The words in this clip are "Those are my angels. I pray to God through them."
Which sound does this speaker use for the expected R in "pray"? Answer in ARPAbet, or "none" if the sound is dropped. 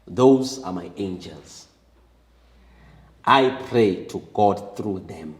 R